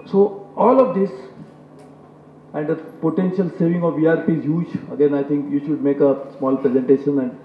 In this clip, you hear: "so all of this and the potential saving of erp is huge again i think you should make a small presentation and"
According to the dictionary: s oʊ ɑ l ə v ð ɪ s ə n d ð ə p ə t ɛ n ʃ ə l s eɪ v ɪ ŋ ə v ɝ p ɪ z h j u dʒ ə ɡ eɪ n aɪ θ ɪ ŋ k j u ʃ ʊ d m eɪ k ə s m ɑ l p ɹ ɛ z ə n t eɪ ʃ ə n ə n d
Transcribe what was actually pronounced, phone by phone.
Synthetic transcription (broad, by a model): s oʊ ɑ l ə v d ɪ s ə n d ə p ə t ɛ n ʃ ə l s eɪ v ɪ ŋ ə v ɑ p ɪ z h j u dʒ ə ɡ eɪ n aɪ t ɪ ŋ k j u ʃ ʊ d m eɪ k ə s m ɑ l p ɹ ɛ z ə n t eɪ ʃ ə n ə n d